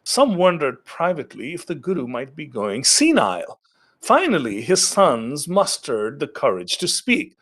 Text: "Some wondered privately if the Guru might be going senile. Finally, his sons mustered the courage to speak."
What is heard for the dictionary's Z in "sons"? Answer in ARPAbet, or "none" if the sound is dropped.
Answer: Z